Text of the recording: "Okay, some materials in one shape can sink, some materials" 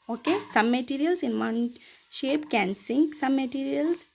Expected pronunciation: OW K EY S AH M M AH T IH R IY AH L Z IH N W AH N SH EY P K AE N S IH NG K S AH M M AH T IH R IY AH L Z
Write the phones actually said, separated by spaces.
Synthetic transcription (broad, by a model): OW K EY S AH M M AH T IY R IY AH L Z IH N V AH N SH EY P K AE N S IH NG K S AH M M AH T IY R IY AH L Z